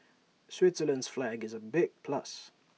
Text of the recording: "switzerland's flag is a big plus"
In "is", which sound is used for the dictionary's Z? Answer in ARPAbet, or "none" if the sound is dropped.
Z